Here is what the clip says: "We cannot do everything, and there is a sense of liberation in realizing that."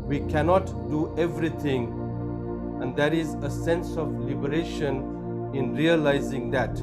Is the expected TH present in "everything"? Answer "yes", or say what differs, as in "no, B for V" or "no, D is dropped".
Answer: no, T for TH